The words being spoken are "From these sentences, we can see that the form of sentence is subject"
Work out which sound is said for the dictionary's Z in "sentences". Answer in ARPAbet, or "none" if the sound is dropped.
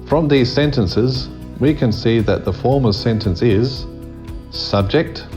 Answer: Z